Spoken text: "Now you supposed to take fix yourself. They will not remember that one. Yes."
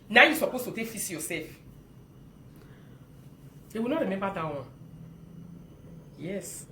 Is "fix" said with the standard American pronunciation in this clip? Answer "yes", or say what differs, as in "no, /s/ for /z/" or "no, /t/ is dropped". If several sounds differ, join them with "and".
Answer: no, /k/ is dropped